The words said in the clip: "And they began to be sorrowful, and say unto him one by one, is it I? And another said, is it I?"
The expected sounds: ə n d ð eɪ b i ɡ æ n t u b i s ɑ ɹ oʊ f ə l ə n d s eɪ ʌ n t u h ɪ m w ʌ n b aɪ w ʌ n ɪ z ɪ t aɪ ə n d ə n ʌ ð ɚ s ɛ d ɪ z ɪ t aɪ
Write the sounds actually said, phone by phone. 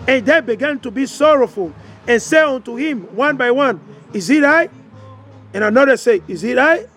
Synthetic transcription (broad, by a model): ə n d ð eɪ b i ɡ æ n t u b i s ɑ ɹ oʊ f ə l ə n s eɪ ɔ n t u h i m w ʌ n b aɪ w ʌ n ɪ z ɪ t aɪ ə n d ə n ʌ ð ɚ s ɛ ɪ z ɪ t aɪ